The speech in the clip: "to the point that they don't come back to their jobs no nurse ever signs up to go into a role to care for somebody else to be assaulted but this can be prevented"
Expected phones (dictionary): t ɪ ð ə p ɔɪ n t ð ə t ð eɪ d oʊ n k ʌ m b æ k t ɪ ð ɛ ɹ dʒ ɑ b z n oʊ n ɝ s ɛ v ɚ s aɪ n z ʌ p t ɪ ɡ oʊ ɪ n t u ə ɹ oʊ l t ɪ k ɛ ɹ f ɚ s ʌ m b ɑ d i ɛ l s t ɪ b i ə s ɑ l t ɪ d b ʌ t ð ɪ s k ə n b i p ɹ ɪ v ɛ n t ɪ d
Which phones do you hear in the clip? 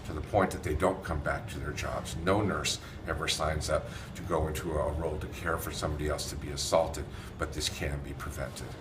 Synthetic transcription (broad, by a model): t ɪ ð ə p ɔɪ n ð ə t ð eɪ d oʊ n k ʌ m b æ k t ɪ ð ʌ ɹ dʒ ɑ b z n oʊ n ɝ s ɛ v ɚ s aɪ n z ʌ p t ɪ ɡ oʊ ɪ n t u ə ɹ oʊ l t ɪ k ɛ ɹ f ɚ s ʌ m b ɑ d i ɛ l s t ɪ b i ə s ɑ l t ɪ d b ʌ t ð ɪ s k ə n b i p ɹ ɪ v ɛ n t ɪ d